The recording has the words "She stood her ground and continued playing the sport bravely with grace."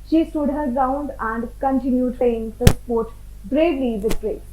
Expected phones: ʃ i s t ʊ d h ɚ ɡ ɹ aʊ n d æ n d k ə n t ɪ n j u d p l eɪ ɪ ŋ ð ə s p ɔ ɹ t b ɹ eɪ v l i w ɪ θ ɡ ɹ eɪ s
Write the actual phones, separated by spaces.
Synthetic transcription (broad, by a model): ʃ i s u d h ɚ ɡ aʊ n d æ n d k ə n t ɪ n j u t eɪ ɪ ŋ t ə s p ɔ ɹ t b ɹ eɪ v l i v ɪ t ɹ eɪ